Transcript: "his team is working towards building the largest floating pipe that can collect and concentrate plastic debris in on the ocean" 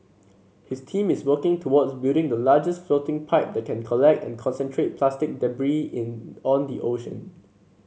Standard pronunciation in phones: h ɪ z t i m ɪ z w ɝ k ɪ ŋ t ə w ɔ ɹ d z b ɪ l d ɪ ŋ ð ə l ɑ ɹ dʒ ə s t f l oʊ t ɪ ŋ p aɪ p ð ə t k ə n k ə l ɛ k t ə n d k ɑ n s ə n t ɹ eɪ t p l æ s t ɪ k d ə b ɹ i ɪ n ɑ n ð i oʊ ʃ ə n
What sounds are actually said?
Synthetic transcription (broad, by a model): h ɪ s t i m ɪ s w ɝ k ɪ ŋ t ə w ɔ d s b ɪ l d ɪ ŋ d ə l ɑ dʒ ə s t f l oʊ t ɪ ŋ p aɪ p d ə t k ə n k ə l ɛ k t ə n k ɑ n s ə n t ɹ eɪ t p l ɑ s t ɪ k d ə b ɹ i ɪ n ɑ n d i oʊ ʃ ə n